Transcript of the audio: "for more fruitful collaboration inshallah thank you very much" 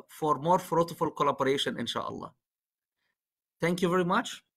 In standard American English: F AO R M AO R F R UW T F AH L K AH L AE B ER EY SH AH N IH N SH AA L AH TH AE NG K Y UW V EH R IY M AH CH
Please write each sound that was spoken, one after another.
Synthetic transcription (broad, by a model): F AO R M AO R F R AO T F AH L K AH L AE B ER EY SH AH N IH N SH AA L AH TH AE NG K Y UW V EH R IY M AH CH